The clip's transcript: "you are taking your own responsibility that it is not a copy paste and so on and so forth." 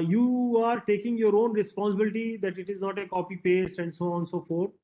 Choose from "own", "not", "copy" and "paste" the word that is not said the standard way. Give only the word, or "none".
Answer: none